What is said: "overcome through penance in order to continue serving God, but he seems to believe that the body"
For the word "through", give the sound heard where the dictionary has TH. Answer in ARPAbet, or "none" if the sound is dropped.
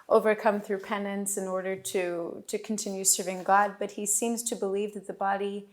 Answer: TH